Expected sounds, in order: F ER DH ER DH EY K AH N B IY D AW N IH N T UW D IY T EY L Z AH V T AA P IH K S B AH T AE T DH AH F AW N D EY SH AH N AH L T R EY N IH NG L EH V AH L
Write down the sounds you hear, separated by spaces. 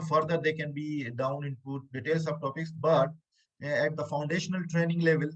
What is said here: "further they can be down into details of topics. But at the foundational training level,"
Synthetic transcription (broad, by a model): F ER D ER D EY K AH N B IY D AW N IH N T UW D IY T EY L S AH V T AA P IH K S B AH T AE T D AH F AW N D EY SH AH N AH L T R EY N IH NG L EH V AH L